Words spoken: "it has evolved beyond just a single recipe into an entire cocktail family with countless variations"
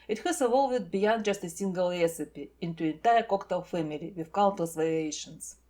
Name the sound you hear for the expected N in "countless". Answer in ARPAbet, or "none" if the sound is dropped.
L